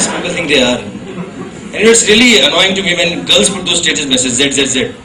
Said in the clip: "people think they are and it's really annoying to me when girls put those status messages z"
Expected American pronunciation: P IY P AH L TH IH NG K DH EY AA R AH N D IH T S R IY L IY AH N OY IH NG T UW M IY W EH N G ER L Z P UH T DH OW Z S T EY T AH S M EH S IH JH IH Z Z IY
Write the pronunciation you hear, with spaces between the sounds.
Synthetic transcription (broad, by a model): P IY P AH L T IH NG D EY AA R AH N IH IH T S R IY L IY AH N OY IH NG T UW M IY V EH N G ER L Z P UH T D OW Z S T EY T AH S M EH S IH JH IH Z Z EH